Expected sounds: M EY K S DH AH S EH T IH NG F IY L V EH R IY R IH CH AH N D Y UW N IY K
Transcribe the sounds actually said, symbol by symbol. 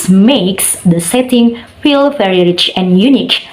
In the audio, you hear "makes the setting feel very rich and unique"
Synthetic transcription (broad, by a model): M EY K S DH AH S EH T IH NG F IY L F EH R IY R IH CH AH N Y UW N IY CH